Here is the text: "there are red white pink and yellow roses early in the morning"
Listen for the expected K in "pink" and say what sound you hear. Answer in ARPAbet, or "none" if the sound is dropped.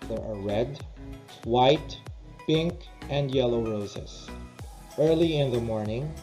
K